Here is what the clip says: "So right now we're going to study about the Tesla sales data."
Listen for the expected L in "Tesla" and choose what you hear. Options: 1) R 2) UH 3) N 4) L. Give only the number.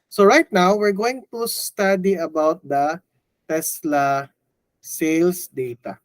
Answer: 4